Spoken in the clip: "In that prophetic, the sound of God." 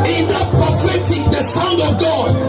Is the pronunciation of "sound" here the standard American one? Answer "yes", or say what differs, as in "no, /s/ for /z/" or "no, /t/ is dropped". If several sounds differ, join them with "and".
yes